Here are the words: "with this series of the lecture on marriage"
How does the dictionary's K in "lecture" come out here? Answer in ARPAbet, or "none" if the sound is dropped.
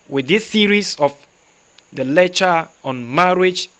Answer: none